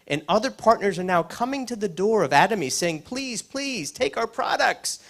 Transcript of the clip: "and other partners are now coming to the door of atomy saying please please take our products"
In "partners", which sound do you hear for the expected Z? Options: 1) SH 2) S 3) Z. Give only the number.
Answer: 3